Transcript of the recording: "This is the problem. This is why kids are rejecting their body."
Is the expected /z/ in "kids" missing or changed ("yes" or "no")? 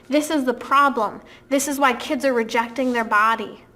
no